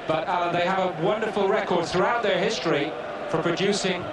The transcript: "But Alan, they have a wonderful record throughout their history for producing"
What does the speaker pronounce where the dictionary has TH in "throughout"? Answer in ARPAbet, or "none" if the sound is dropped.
TH